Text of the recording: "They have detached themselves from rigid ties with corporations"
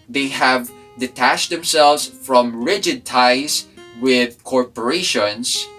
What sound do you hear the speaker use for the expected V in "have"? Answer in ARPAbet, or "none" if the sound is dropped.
V